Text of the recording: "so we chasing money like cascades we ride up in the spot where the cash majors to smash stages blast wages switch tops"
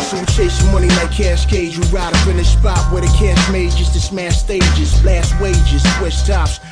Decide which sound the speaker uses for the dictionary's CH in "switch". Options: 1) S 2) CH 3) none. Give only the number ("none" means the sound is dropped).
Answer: 1